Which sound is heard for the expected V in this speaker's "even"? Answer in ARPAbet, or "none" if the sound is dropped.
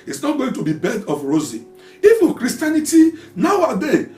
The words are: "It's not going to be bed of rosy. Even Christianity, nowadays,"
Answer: F